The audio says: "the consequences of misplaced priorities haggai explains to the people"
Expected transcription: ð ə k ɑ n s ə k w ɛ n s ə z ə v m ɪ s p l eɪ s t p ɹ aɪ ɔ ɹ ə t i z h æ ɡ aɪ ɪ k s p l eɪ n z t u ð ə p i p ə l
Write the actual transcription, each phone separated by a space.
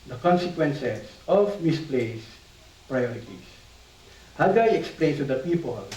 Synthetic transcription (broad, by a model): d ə k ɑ n s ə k w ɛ n s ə s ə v m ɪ s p l eɪ s p ɹ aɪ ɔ ɹ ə t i s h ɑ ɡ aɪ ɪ k s p l eɪ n t u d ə p i p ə l